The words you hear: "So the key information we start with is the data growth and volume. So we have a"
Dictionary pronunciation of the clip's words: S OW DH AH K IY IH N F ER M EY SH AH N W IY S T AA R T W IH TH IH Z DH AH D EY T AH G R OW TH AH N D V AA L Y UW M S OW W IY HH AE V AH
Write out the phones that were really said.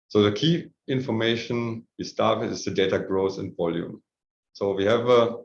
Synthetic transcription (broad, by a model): S OW DH AH K IY IH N F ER M EY SH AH N W IY S T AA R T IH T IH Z DH AH D EY T AH G R OW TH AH N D V AA L Y UW M S OW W IY HH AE V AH